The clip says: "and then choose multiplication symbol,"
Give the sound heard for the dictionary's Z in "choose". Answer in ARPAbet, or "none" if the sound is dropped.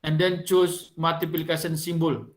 S